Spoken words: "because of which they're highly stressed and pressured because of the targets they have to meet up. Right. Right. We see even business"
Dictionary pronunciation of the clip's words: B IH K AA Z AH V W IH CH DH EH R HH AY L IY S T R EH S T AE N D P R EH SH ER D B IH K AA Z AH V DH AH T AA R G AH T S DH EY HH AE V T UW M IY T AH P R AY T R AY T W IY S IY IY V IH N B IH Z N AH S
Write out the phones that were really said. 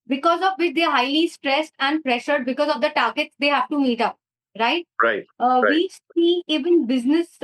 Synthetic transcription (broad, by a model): B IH K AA Z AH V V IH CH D EH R HH AY L IY S T R EH S T AE N D P R EH SH ER D B IH K AA Z AH V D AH T AA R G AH T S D EY HH AE V T UW M IY T AH P R AY T R AY T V IY S IY IY V IH N B IH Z N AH S